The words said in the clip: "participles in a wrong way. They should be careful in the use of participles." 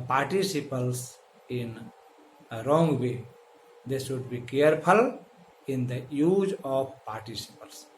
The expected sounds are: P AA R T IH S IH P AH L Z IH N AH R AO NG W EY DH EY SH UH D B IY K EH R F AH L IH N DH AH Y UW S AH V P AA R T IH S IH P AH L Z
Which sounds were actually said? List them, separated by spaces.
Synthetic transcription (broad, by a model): P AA R T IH S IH P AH L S IH N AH R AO NG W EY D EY S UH D B IY K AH R P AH L IH N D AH Y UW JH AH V P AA R T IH S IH P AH L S